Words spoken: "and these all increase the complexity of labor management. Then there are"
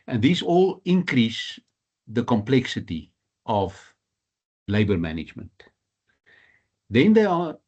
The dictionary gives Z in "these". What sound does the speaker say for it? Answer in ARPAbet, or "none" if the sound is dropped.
S